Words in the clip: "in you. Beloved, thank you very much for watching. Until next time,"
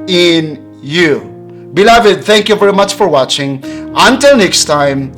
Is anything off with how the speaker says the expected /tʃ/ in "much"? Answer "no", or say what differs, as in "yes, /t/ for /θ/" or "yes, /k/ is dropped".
no